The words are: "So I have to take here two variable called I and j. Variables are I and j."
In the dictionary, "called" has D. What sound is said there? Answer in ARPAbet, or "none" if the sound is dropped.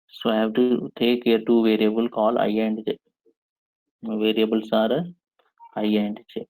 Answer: none